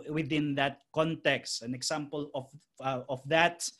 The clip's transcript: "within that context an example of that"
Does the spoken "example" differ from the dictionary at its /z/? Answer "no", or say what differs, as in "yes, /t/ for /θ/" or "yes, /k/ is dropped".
yes, /s/ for /z/